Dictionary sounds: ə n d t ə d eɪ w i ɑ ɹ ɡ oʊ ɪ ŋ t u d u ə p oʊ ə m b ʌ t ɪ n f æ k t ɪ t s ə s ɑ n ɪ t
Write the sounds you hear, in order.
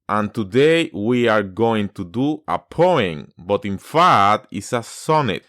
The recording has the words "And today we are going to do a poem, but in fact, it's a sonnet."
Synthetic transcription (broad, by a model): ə n t ə d eɪ w i ɑ ɹ ɡ oʊ ɪ ŋ t u d u ə p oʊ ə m b ʌ t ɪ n f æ t ɪ t s ə s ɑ n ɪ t